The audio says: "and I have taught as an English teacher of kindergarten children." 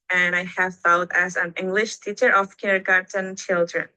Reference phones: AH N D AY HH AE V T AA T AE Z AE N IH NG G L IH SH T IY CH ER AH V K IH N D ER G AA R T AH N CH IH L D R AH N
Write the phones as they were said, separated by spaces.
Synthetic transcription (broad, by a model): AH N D AY HH AE V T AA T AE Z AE N IH NG G L IH SH T IY CH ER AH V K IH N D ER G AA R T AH N CH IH L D R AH N